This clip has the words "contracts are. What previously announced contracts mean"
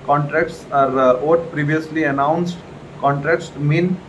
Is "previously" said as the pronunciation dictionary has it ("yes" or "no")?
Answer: yes